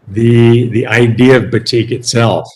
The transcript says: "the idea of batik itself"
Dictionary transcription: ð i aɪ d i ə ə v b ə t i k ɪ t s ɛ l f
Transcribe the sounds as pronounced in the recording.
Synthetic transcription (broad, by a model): ð i aɪ d i ə ə v b ə t i k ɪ t s ɛ l f